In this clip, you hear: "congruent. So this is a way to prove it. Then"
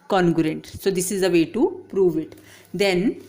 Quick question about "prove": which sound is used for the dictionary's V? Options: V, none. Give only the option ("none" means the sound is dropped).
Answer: V